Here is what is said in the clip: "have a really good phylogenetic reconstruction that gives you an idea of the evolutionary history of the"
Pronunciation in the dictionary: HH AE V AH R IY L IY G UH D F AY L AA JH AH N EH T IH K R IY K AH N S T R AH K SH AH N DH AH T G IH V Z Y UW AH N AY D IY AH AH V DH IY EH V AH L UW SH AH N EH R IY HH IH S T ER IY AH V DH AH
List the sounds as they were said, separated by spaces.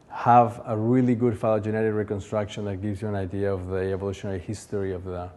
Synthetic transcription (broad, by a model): HH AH V AH R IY L IY G UH D F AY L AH JH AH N EH T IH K R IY K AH N S T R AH K SH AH N DH AH T G IH V Z Y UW AH N AY D IY AH AH V DH IY EH V AH L UW SH AH N EH R IY HH IH S T ER IY AH V DH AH